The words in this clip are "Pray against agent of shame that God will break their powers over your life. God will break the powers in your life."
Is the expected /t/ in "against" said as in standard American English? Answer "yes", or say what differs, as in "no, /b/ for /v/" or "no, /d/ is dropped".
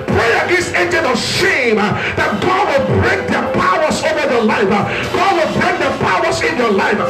no, /t/ is dropped